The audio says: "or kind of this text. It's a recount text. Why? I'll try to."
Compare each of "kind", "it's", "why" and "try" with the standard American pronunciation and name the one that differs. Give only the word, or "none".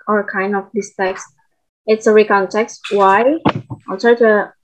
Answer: try